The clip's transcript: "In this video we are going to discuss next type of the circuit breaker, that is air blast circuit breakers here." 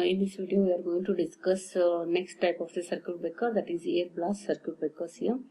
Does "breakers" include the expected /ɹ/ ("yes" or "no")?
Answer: no